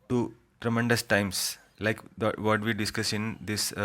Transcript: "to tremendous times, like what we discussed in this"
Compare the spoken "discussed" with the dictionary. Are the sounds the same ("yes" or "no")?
no